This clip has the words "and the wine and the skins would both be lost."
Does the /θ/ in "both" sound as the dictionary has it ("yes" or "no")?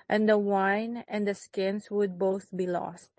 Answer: yes